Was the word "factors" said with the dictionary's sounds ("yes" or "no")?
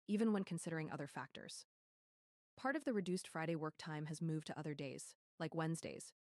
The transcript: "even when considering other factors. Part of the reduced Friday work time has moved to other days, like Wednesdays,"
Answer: yes